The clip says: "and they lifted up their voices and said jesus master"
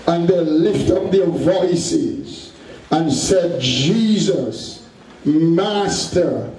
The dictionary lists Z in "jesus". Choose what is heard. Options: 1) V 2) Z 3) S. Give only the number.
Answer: 2